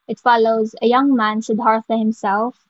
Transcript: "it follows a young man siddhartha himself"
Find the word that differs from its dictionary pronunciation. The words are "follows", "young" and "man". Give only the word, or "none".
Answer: none